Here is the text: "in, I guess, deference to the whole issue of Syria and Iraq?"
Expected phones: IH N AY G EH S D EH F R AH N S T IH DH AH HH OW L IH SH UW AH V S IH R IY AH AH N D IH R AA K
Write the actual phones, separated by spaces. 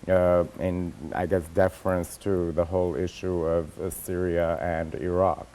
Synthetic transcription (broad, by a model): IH N AY G EH S D EH F R AH N S T IH DH AH HH OW L IH SH UW AH V S IH R IY AH AH N D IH R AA K